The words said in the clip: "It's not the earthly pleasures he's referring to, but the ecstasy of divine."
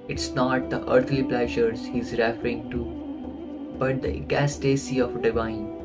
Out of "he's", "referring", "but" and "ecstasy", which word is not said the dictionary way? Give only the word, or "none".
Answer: ecstasy